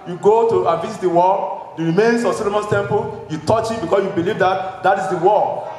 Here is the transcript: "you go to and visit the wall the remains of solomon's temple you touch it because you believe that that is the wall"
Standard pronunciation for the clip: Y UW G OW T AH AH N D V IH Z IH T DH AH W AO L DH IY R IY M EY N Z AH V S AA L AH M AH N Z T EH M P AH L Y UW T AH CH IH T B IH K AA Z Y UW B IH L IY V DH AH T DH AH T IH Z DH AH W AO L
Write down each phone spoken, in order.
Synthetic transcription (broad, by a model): Y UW G OW T AH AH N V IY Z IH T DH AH W AO L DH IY R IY M EY N S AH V S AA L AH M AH N S T EH M P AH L Y UW T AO CH IH T B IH K AA S Y UW B IH L IY V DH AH T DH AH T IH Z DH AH W AO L